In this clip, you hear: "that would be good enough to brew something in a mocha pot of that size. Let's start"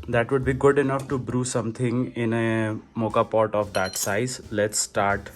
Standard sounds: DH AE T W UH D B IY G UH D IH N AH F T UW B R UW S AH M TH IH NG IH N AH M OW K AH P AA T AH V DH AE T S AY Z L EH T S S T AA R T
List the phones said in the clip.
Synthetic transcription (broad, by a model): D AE T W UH D B IY G UH D IH N AH F T UW B R UW S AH M T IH NG IH N AH M OW K AH P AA T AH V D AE T S AY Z L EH T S S T AA R T